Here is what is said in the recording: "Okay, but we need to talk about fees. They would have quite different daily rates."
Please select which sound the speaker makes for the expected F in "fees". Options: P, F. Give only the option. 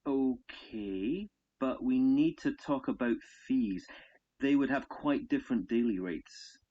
F